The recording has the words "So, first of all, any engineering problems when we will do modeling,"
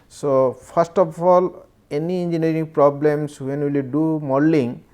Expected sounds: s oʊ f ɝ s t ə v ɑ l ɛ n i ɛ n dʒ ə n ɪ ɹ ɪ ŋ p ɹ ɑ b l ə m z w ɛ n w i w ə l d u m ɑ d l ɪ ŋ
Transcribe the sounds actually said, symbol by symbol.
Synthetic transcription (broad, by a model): s oʊ p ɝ s t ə p ɑ l ɛ n i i n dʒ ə n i ɹ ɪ ŋ p ɹ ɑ b l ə m s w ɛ n w i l d u m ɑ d l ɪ ŋ